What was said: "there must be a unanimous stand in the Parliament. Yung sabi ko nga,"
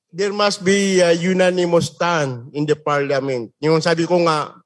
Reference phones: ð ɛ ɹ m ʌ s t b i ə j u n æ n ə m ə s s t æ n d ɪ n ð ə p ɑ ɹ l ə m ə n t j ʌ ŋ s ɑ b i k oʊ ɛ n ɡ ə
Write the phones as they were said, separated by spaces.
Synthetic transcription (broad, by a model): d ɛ ɹ m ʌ s t b i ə j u n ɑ n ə m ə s s t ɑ n ɪ n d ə p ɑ ɹ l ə m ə n t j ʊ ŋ s ɑ b i k oʊ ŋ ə